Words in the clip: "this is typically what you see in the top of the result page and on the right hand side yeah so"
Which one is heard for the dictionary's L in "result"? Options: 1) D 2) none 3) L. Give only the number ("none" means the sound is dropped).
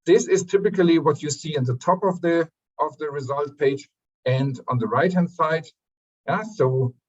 3